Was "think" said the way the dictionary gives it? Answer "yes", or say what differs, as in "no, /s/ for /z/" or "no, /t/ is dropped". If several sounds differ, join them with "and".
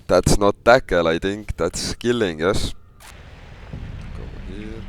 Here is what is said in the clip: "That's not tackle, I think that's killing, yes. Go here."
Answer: no, /t/ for /θ/